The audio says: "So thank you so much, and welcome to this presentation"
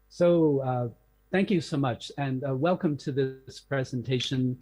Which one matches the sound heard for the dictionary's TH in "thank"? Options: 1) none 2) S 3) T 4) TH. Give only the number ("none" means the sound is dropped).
4